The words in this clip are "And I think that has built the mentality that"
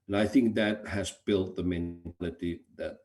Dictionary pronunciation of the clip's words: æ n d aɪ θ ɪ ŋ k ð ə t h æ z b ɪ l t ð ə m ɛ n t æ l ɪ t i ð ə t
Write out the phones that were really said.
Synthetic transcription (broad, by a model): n aɪ θ ɪ ŋ k ð ə t h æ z b ɪ l t ð ə m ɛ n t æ l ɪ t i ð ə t